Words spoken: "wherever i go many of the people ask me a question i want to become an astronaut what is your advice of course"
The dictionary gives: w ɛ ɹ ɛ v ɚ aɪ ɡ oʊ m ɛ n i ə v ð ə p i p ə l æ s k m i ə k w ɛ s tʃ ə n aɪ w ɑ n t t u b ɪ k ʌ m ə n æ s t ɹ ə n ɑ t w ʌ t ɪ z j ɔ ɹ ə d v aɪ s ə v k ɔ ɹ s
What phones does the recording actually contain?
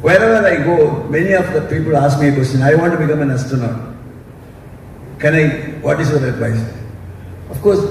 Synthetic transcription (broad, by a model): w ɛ ɹ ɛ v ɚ aɪ ɡ oʊ m ɛ n i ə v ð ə p i p ə l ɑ s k m i k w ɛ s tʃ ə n aɪ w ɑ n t t u b ɪ k ʌ m ə n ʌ s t ə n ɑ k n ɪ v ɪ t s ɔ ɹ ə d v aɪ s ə f k ɔ ɹ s